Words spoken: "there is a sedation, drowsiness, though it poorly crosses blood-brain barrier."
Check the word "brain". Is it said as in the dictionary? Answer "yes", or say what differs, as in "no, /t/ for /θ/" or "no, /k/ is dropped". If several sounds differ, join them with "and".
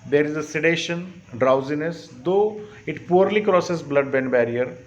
no, /ɹ/ is dropped